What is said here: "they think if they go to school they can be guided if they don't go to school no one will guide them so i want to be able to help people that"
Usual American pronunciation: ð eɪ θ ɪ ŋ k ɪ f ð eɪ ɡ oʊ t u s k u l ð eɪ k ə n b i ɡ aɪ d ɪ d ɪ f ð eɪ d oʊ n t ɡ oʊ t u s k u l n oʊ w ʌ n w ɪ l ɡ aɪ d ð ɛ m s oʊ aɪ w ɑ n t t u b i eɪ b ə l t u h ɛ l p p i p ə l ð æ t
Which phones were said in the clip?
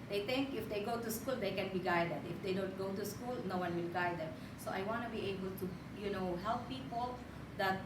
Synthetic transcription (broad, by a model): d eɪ t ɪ ŋ k ɪ f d eɪ ɡ oʊ t u s k u l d eɪ k ə n b i ɡ aɪ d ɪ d ɪ f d eɪ d oʊ n t ɡ oʊ t u s k u l n oʊ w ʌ n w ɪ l ɡ aɪ d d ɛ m s oʊ aɪ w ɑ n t t u b i eɪ b ə l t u h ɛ l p p i p ə l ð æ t